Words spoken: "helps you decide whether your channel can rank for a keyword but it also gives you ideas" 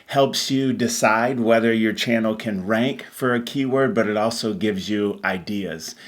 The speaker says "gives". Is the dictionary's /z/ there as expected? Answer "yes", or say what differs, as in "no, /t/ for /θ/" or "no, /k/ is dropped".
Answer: yes